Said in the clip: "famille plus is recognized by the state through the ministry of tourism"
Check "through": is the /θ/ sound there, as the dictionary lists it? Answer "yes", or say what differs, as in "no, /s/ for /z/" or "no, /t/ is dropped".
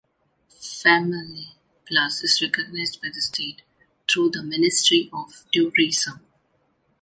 no, /t/ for /θ/